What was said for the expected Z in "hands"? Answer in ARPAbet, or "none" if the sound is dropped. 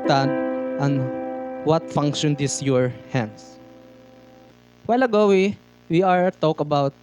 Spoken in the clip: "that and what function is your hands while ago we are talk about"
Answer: S